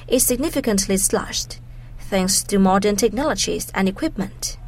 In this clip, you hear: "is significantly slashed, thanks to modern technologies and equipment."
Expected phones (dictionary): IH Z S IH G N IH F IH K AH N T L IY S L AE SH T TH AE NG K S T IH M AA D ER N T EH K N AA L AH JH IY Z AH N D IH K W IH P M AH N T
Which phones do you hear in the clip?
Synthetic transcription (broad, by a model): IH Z S IH G N IH F IH K AH N T L IY S L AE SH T TH AE NG K S T IH M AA D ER N T EH K N AA L AH JH IY Z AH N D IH K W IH P M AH N T